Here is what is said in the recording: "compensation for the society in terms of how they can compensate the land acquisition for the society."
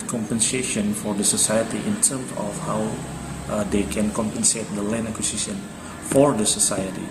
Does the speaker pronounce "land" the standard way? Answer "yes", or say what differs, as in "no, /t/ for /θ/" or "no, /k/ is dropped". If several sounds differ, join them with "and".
no, /d/ is dropped